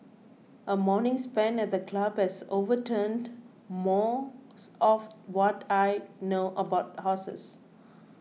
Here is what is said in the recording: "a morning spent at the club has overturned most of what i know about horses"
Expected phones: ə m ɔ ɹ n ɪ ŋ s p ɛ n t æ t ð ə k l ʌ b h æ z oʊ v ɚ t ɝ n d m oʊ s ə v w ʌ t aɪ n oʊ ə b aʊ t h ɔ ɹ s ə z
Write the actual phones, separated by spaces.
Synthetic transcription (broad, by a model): ə m ɔ n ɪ ŋ s p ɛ n ɛ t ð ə k l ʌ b h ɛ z oʊ v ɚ t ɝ n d m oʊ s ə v w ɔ t aɪ n oʊ ə b aʊ t h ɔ s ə s